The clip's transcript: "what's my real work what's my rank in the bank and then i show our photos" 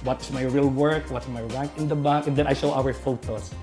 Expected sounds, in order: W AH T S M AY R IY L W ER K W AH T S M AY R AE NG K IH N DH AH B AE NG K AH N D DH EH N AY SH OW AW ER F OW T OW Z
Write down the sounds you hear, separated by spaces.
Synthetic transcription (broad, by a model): W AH T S M AY R IY L W ER K W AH T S M AY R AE K IH N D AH B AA K AH N D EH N AY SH OW AW ER F OW T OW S